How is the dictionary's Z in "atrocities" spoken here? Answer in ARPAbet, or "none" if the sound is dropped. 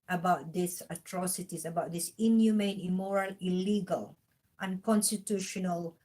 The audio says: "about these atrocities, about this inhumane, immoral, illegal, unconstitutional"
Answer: S